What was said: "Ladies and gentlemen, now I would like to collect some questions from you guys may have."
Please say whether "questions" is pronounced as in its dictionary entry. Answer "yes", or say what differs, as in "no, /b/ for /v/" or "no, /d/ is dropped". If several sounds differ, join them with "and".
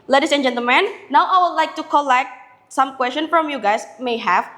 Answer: no, /z/ is dropped